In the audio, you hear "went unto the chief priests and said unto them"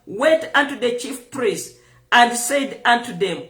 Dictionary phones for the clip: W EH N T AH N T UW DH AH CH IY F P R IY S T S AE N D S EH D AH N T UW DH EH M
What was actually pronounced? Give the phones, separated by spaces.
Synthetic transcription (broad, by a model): W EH N T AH N T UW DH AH CH IY F P R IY S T AE N D S EH D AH N T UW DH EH M